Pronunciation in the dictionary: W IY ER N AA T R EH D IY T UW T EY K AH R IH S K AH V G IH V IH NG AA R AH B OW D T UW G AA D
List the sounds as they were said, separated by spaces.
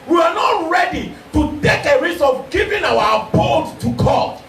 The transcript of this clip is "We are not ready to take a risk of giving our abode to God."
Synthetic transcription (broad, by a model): W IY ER N AA T R EH D IY T UW T EY K AH R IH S AH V G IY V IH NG AA W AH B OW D T UW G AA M